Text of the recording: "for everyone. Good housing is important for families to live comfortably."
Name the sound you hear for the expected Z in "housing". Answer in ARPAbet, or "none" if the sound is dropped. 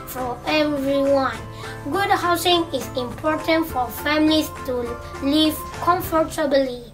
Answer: S